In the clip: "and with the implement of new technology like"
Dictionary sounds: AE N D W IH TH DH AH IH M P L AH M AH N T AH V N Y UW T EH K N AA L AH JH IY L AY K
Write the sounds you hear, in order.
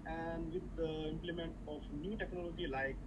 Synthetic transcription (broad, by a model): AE N D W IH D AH IH M P L AH M AH N T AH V N Y UW T EH K N AA L AH JH IY L AY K